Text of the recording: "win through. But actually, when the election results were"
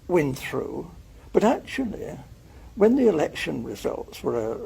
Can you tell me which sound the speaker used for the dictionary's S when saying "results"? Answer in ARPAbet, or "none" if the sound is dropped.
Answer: S